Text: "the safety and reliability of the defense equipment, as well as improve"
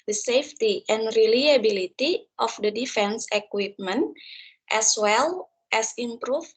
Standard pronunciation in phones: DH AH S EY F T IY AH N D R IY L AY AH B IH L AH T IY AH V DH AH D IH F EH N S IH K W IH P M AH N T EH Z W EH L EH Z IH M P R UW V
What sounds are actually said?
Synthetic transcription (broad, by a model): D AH S EY F T IY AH N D R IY L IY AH B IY L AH T IY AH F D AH D IH F EH N S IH K W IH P M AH N T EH S W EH L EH S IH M P R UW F